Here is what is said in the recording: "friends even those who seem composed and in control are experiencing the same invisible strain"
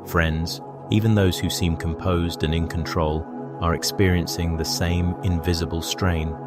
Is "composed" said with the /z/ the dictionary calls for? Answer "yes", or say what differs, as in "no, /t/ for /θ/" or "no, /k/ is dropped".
yes